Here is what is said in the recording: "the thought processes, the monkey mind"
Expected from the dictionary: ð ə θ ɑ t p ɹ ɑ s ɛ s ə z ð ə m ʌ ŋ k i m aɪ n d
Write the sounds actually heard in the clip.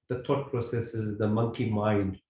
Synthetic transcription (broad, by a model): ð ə t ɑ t p ɹ ɑ s ɛ s ə z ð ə m ʌ ŋ k i m aɪ n d